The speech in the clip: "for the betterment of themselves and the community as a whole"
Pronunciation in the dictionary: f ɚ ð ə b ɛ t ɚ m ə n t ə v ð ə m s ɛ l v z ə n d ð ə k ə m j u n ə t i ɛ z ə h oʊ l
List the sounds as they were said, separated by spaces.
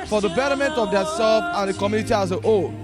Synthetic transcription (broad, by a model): f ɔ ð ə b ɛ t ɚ m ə n t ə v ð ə s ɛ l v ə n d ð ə k ə m j u n ə t i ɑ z ə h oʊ